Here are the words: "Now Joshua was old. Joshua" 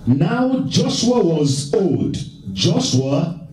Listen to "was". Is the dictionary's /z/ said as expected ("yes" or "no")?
yes